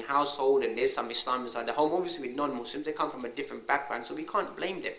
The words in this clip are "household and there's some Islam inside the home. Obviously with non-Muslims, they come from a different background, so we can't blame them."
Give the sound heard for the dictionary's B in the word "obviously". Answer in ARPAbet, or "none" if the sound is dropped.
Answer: none